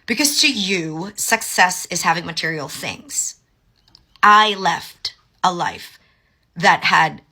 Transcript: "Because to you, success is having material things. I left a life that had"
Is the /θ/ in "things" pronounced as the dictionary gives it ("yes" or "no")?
yes